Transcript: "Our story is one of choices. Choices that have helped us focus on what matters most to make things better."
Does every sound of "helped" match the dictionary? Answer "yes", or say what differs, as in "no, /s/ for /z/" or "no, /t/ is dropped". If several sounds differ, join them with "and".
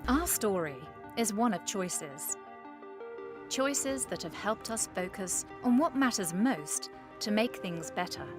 yes